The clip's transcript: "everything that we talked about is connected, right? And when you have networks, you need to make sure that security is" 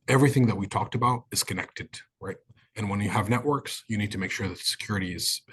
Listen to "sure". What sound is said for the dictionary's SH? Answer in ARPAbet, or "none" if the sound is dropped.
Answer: SH